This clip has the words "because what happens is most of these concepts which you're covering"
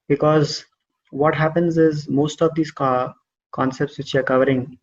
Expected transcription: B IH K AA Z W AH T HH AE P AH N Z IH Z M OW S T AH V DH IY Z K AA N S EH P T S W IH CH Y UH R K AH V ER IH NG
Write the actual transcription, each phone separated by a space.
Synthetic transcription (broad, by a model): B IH K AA Z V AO T HH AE P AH N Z IH Z M OW S T AH V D IY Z K AA N S EH P T S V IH CH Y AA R K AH V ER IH NG